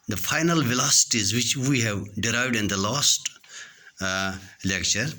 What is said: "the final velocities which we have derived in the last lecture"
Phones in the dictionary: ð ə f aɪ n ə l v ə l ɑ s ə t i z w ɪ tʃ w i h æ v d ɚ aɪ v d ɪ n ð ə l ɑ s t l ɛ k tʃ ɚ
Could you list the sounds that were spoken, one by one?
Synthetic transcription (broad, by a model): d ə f aɪ n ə l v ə l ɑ s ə t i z w ɪ tʃ w i h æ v d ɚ aɪ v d ɪ n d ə l ɑ s t l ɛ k tʃ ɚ